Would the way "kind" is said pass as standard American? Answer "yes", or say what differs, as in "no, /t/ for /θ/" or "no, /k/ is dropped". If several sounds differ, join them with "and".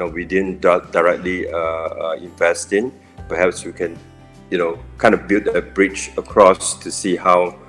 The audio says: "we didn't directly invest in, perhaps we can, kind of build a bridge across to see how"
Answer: yes